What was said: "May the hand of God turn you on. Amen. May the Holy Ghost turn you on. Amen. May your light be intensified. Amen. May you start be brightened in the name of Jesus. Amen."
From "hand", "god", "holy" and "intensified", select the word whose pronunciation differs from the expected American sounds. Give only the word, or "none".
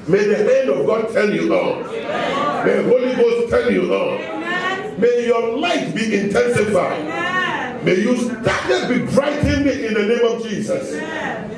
none